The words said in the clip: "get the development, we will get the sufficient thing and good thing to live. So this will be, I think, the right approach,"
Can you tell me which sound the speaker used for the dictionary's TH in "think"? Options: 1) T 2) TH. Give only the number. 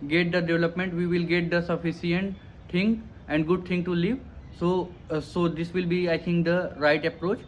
1